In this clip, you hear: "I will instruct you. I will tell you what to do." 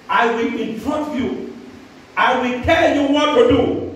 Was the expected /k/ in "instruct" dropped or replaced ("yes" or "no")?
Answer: yes